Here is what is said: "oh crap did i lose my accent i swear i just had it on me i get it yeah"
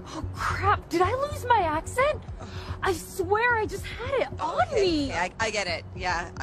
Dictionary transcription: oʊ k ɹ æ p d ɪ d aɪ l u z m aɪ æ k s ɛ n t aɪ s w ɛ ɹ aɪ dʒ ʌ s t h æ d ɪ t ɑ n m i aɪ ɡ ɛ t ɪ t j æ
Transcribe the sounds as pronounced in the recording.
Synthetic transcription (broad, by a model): oʊ k ɹ æ p d ɪ d aɪ l u z m aɪ æ k s ɛ n t aɪ s w ɛ ɹ aɪ dʒ ʌ s t h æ d ɪ t n m i aɪ ɡ ɛ t ɪ t j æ